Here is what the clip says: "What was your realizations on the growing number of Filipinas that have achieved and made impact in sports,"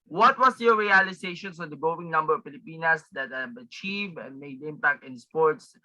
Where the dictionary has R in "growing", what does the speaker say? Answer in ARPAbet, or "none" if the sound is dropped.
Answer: none